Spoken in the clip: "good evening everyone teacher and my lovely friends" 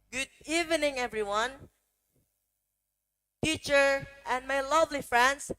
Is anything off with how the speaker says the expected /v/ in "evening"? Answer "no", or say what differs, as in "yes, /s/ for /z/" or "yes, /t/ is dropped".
no